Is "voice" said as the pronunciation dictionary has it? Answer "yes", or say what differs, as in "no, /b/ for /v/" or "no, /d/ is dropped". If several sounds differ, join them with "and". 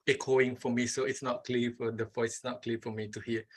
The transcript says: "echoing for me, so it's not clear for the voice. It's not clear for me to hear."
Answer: no, /f/ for /v/ and /s/ is dropped